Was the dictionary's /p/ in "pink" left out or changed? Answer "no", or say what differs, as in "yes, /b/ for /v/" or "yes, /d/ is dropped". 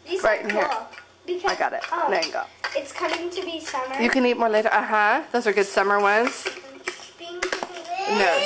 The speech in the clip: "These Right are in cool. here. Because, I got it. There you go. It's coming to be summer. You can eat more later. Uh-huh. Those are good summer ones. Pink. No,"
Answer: yes, /b/ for /p/